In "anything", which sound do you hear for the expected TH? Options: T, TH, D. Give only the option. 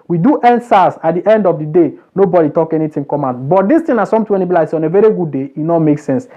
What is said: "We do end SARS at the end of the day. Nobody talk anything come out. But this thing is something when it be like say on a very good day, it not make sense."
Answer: T